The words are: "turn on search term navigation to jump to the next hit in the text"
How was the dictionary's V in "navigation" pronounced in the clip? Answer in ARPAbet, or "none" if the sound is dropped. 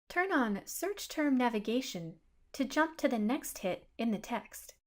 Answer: V